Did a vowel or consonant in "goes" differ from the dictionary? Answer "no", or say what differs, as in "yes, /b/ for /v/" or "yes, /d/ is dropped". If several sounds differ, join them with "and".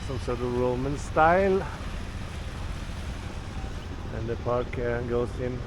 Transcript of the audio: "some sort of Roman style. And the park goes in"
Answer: yes, /s/ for /z/